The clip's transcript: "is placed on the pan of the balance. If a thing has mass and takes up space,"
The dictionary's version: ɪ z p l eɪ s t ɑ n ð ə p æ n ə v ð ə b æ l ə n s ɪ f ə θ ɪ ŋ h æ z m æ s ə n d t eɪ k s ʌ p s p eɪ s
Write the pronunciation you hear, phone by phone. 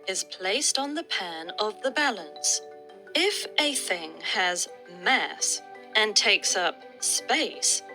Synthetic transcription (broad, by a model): ɪ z p l eɪ s t n ð ə p æ n ə v ð ə b æ l ə n s ɪ f ə θ ɪ ŋ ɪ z m æ s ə n t eɪ k s ʌ p s p eɪ s